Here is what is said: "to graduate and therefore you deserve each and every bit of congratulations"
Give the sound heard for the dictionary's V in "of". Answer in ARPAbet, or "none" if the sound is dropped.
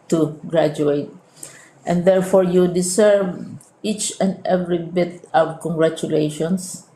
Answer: W